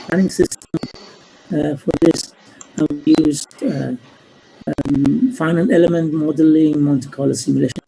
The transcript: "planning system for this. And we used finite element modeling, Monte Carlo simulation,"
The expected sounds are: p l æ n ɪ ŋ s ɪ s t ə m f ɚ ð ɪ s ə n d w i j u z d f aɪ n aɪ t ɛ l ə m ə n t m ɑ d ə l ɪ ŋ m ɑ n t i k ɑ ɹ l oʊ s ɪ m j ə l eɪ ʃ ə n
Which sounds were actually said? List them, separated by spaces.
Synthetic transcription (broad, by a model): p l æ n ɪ ŋ s ɪ s t ə m f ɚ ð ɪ s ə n w i j u z d f aɪ n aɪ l ɛ l ə m ə n t m ɑ d ə l ɪ ŋ m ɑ l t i k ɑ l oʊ s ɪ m j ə l eɪ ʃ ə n